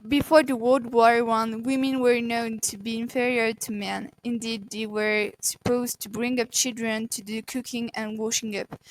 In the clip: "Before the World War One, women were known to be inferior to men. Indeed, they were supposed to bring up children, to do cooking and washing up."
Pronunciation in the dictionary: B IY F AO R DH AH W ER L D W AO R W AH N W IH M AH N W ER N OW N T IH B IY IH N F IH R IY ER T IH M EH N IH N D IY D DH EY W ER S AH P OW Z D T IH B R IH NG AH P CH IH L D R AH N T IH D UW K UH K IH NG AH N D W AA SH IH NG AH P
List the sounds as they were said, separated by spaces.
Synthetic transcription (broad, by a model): B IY F AO R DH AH W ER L D W AO R W AH N W IH M AH N W ER N OW N T IH B IY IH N F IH R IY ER T IH M EH N IH N D IY D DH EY W ER S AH P OW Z T IH B R IH NG AH P CH IH L D R AH N T IH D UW K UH K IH NG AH N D W AA SH IH NG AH P